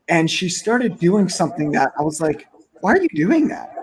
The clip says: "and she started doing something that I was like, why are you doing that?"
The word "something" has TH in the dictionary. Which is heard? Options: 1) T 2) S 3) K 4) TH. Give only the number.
4